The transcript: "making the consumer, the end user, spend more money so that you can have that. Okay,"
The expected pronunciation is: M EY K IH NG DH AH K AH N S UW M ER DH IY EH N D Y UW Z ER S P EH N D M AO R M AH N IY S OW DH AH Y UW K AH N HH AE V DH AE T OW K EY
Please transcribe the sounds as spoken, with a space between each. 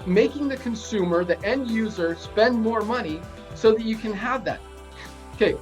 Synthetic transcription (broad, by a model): M EY K IH NG DH AH K AH N S UW M ER DH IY EH N D Y UW Z ER S P EH N D M AO R M AH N IY S OW DH AH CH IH K AH N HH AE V DH AE T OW K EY